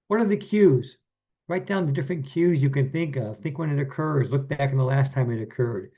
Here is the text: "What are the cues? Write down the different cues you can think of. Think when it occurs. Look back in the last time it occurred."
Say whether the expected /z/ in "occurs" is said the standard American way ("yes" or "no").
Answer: yes